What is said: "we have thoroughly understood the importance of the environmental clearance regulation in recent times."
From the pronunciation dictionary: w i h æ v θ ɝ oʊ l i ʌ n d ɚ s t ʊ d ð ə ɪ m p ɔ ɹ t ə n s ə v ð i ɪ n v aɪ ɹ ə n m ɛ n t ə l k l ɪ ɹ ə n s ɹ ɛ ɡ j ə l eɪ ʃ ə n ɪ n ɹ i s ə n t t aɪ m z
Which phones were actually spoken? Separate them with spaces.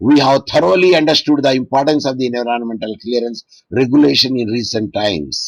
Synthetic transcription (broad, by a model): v i h æ v t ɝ oʊ l i ʌ n d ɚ s t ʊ d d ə ɪ m p ɔ ɹ t ə n s ə v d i n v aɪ ɹ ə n m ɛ n t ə l k l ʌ ɹ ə n s ɹ ɛ ɡ j ə l eɪ ʃ ə n ɪ n ɹ i s ə n t t aɪ m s